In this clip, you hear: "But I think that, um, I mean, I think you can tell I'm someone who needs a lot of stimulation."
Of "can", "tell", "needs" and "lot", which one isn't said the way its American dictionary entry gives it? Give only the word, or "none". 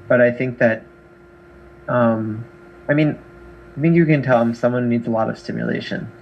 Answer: none